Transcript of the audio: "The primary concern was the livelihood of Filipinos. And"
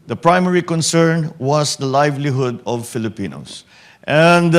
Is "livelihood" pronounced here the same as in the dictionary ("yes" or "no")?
yes